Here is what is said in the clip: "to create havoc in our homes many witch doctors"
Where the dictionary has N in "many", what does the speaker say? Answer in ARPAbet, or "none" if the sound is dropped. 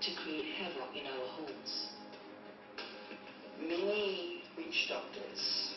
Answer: none